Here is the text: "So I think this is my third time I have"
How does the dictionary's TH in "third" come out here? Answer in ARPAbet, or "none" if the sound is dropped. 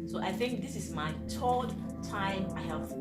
T